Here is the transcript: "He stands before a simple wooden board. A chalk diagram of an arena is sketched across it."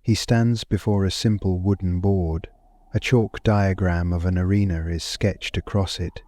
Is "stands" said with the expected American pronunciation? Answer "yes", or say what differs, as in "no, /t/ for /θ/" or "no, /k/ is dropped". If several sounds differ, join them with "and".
yes